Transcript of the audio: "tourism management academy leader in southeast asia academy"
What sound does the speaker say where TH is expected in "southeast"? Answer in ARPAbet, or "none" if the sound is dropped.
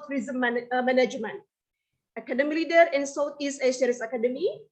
T